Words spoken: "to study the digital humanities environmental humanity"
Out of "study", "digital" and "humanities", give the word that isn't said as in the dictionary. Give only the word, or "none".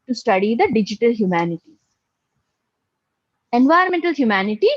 humanities